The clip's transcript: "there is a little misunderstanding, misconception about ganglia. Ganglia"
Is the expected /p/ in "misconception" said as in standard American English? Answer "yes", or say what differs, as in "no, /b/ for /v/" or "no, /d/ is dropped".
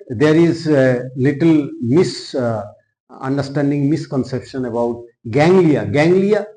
yes